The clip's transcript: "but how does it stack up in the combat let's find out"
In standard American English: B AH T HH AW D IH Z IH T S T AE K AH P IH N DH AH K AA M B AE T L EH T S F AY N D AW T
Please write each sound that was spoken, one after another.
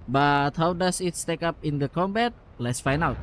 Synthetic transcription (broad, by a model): B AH T HH AW D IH S IH T S T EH K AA P IH N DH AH K AA M B AE T L EH T S F AY N AW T